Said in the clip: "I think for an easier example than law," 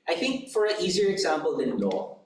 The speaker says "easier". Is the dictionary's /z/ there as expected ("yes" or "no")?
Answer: yes